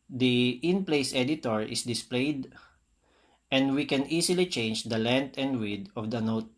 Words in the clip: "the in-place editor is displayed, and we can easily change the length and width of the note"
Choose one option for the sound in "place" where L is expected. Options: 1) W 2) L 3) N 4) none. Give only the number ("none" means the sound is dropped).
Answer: 2